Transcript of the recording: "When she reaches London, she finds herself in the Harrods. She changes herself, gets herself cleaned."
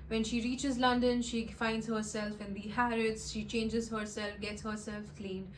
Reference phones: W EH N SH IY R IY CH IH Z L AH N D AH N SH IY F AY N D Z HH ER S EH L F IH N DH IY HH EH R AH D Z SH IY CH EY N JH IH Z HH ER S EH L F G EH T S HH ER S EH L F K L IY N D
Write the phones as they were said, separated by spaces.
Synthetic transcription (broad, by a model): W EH N SH IY R IY CH IH Z L AH N D AH N SH IY F AY N D Z HH ER S EH L F IH N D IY HH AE R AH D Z SH IY CH EY N JH IH Z HH ER S EH L F G EH T S HH ER S EH L F K L IY N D